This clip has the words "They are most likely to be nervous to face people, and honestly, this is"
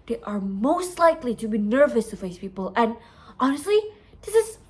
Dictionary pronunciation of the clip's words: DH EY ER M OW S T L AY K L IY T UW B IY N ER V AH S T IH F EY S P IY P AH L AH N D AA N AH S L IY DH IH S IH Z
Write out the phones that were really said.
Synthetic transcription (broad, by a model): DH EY ER M OW S T L AY K L IY T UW B IY N ER V AH S T IH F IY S P IY P AH L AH N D AA N AH S L IY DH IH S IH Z